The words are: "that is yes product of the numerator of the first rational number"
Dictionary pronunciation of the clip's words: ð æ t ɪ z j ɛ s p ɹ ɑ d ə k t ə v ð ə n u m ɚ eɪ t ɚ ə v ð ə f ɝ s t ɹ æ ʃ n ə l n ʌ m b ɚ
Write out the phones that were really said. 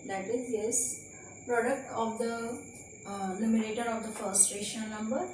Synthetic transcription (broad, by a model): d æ t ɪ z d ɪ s p ɹ ɑ d ə k t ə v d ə l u m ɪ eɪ t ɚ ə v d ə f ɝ s t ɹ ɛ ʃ ə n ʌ m b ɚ